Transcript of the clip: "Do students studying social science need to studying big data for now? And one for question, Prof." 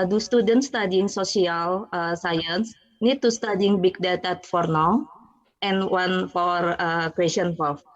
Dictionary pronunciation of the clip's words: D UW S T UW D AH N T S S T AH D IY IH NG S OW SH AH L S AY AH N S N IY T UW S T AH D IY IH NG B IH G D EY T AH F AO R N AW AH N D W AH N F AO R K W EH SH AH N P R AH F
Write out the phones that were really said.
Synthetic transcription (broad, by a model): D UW S T UW D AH N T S S T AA D IY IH NG S OW S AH L S AY AH N S N IY T UW S T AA D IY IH NG B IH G D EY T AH F AO R N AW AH N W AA N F AO R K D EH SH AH N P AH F